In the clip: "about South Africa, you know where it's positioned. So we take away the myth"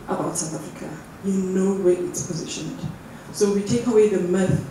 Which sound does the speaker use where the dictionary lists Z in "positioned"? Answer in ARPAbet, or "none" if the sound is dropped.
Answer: Z